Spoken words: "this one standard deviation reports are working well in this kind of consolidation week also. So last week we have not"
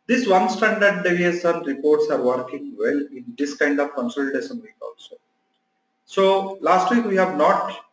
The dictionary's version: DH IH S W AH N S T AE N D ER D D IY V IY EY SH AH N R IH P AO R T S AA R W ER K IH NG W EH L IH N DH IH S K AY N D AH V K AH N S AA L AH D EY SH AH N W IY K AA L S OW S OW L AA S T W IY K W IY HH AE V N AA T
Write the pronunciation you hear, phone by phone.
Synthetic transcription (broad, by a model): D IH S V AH N S T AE N D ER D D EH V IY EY S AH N R IH P AO R T S AA R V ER K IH NG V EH L IH N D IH S K AY N D AH V K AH N S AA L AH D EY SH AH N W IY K AA L S OW S OW L AA S T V IY K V IY HH AE V N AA T